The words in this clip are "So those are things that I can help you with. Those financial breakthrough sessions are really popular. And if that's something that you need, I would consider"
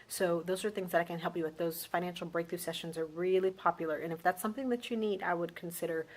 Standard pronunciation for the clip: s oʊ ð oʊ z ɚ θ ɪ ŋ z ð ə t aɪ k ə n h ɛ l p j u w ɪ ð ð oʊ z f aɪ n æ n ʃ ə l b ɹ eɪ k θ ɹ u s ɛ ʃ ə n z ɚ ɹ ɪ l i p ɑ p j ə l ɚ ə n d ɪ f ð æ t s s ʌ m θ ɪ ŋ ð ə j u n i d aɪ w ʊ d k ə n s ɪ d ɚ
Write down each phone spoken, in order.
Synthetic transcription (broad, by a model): s oʊ ð oʊ z ɚ θ ɪ ŋ z ð ə t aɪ k ə n h ɛ l p j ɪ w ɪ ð ð oʊ z f aɪ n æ n ʃ l b ɹ eɪ k θ ɹ u s ɛ ʃ ə n z ɚ ɹ ɪ l i p ɑ p j l ɚ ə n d ɪ f ð æ t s s ʌ m θ ɪ ŋ ð ə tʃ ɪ n i d aɪ w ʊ d k n s ɪ d ɚ